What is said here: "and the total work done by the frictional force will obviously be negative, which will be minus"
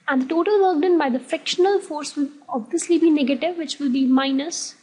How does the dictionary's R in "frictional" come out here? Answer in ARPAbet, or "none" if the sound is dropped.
none